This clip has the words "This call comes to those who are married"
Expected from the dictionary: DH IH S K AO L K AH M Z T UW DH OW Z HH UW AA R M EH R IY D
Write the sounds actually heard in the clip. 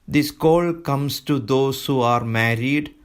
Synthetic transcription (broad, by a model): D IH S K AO L K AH M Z T UW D OW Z HH UW AA R M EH R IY D